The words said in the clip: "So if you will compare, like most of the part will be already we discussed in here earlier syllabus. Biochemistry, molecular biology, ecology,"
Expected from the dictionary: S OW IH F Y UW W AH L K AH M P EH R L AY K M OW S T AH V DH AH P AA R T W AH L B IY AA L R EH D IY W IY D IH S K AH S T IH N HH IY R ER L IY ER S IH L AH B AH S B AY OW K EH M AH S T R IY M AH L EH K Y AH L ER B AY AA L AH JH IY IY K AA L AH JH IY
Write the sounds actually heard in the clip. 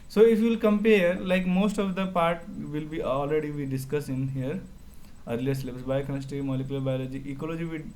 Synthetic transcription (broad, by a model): S OW IH F Y UW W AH L K AH M P EH R L AY K M OW S T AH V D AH P AA R T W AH L B IY AA L R EH D IY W IY D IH S K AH S IH N HH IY R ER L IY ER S L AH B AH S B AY K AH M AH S T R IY M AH L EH K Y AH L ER B AY L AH JH IY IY K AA L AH JH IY